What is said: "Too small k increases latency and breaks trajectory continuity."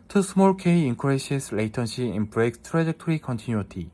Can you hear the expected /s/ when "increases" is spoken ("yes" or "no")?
no